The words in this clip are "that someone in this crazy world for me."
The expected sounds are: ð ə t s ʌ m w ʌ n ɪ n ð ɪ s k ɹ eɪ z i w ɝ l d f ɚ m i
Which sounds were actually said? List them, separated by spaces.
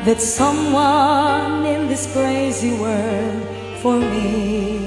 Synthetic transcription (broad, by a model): ð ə t s ʌ m w ʌ n ɪ n ð ɪ s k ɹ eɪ z i w ɝ d f ɚ m i